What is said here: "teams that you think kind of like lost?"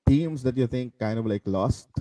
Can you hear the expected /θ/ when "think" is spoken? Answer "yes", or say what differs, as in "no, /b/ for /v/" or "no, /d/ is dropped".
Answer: no, /t/ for /θ/